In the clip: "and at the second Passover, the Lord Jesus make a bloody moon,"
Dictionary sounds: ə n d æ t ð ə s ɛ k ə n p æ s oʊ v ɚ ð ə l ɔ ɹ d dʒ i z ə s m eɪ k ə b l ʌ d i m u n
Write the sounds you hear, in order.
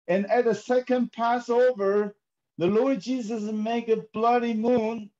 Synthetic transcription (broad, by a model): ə n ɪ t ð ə s ɛ k ə n p æ s oʊ v ɚ ð ə l ɔ ɹ d dʒ i z ə s m eɪ k ə b l ʌ d i m u n